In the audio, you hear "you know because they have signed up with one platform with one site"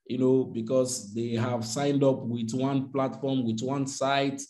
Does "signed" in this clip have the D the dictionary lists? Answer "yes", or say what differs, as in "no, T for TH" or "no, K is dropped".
yes